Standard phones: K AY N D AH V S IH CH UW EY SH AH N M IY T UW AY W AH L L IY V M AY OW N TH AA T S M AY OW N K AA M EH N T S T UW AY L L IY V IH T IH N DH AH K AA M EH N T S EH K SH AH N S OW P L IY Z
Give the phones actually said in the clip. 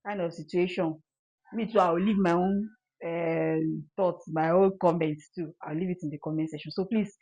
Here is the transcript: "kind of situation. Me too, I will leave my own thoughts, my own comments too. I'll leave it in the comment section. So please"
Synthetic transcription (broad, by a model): K AY N D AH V S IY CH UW EY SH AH N M IY T UW AY W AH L L IY V M AY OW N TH AA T M AY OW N K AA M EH N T T UW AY W L IY V IH T IH N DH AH K AA M EH N T S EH SH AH N S OW P L IY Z